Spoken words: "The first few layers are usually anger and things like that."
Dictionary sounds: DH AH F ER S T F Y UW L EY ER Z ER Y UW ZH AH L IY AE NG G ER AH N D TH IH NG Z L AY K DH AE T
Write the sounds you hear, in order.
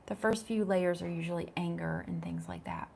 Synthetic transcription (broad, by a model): DH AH F ER S T F Y UW L EY ER Z ER Y UW ZH L IY AE NG G ER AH N TH IH NG Z L AY K DH AE T